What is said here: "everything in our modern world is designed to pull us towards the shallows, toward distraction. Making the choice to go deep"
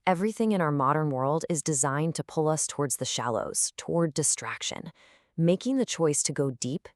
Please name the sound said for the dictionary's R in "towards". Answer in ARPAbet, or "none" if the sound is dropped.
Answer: R